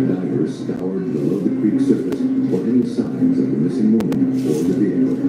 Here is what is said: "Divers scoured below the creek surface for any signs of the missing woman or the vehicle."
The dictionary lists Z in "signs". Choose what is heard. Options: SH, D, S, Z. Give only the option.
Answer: Z